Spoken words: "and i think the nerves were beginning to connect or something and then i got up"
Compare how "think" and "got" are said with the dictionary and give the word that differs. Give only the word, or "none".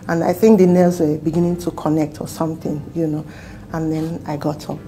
none